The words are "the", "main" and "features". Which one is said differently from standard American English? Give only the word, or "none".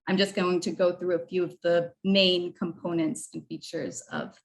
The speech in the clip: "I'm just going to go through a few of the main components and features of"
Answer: none